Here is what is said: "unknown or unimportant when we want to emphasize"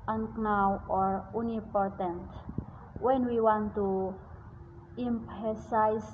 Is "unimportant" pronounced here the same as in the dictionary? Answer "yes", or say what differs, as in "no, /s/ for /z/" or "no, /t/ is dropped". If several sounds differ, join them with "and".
no, /m/ is dropped